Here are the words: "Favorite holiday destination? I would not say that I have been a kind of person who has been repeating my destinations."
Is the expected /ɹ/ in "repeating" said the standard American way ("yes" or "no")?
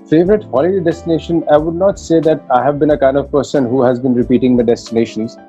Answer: yes